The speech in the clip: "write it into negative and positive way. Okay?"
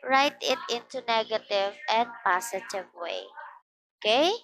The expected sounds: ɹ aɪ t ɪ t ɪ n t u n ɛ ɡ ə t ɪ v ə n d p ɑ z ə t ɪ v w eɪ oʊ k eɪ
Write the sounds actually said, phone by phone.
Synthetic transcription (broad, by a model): ɹ aɪ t ɪ t ɪ n t u n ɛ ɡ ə t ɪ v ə n p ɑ s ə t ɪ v w eɪ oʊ k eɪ